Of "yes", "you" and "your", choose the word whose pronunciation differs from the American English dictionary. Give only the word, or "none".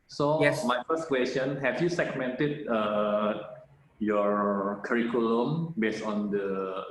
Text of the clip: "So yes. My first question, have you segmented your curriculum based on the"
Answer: yes